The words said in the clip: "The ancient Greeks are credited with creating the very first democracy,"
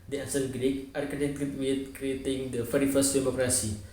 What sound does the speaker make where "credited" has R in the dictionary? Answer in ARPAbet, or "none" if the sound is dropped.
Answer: none